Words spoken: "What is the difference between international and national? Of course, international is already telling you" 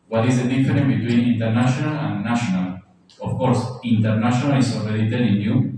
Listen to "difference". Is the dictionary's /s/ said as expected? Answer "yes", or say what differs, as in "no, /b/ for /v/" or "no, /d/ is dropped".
no, /s/ is dropped